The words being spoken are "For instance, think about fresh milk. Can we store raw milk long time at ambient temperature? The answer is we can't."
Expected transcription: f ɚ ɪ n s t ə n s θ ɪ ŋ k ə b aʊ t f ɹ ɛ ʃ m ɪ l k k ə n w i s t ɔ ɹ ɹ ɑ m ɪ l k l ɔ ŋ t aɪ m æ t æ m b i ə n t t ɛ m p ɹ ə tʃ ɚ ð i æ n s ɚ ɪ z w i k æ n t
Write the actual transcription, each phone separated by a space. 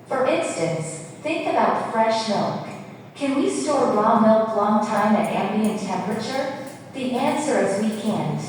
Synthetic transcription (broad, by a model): f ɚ ɪ n s t ə n s θ ɪ ŋ k ə b aʊ t f ɹ ɛ ʃ m ɪ l k k ə n w i s t ɔ ɹ l ɑ m ɪ l k l ɔ ŋ t aɪ m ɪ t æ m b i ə n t t ɛ m p ɹ ə tʃ ɚ ð i æ n s ɚ ɪ z w i k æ n